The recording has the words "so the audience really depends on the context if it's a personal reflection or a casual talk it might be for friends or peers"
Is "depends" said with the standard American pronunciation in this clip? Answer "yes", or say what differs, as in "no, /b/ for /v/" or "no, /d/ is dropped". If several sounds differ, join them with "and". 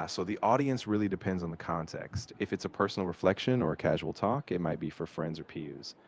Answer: yes